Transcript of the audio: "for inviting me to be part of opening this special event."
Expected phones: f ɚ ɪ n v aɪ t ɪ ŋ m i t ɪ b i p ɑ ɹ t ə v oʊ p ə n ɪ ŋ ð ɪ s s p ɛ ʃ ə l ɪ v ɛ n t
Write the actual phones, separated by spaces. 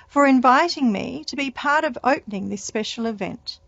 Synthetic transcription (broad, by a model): f ɚ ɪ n v aɪ t ɪ ŋ m i t ɪ b i p ɑ ɹ t ə v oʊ p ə n ɪ ŋ ð ɪ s s p ɛ ʃ l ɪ v ɛ n t